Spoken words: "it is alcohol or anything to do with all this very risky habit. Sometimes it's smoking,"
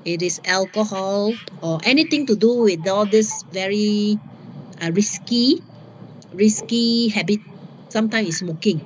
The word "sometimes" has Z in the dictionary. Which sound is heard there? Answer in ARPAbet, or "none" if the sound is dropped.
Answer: none